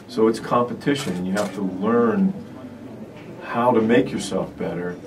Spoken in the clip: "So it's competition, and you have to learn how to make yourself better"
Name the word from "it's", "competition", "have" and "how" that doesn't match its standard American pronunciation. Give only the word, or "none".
have